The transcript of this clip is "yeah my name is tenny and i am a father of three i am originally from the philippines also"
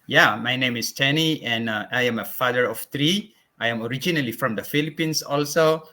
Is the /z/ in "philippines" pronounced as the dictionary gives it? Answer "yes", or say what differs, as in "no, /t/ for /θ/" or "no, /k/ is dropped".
no, /s/ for /z/